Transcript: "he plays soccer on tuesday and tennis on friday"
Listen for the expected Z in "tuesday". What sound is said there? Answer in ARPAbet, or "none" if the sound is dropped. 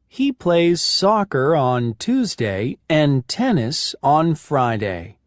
Z